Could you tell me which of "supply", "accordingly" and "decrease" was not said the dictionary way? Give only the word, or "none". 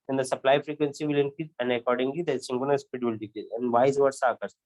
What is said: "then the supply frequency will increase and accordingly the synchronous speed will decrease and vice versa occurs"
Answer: decrease